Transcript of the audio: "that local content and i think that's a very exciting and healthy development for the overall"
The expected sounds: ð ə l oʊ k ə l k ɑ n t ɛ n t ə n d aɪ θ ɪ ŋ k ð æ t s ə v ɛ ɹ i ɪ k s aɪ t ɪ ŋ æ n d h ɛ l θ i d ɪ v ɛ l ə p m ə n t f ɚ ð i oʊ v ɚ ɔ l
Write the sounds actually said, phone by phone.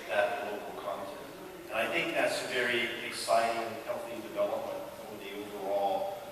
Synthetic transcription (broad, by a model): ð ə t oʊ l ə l k ɑ n t ɛ n t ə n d aɪ θ ɪ ŋ k ð æ t s ə v ɛ ɹ i ɪ k s aɪ t ɪ ŋ h ɛ l θ i d ɪ v ɛ l ə p m ə n t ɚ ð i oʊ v ɚ ɔ l